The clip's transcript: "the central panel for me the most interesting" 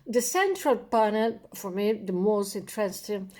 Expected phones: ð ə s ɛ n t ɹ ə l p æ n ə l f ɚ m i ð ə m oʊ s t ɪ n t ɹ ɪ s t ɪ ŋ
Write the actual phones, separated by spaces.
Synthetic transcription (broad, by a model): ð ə s ɛ n t ɹ ə l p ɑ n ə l f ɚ m i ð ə m oʊ s t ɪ n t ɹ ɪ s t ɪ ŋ